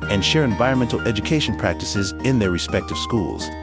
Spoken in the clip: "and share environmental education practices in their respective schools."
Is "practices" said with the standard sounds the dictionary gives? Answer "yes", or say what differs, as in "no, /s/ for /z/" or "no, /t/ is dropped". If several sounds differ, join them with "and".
yes